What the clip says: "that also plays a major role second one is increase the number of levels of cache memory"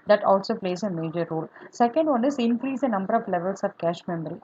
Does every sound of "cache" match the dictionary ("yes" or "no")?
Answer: yes